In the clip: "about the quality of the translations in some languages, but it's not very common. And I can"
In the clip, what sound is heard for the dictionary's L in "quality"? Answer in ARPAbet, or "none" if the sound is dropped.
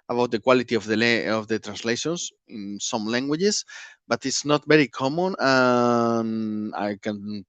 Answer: L